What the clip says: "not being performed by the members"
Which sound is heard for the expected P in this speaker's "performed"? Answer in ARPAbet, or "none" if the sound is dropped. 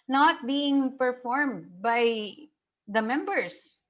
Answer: P